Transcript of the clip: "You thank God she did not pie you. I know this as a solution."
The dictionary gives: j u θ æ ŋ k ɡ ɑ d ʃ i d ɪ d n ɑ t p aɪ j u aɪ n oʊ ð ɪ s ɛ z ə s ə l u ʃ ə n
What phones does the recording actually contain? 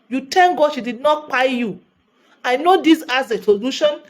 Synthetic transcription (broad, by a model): j u t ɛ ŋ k ɡ ɑ d ʃ i d ɪ d n ɑ t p aɪ j u aɪ n oʊ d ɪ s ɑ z ə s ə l u ʃ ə n